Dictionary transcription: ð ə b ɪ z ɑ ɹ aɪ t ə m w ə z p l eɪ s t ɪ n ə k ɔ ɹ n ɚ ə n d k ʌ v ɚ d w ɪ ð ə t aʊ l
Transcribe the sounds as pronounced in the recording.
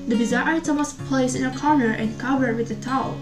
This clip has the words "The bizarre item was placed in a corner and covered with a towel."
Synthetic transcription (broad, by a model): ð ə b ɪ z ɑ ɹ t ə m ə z p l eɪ s ɪ n ə k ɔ ɹ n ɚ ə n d k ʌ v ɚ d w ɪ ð ə t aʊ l